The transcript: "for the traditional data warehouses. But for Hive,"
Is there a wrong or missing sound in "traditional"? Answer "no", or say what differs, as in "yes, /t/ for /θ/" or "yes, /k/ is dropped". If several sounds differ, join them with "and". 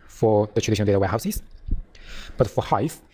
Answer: yes, /n/ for /l/